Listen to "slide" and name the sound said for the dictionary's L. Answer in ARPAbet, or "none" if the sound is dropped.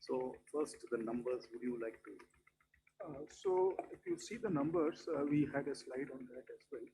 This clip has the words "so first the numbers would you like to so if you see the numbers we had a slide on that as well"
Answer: L